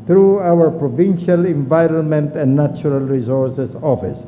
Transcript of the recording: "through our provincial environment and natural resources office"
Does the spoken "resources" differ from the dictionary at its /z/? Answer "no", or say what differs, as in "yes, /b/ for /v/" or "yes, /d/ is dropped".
yes, /s/ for /z/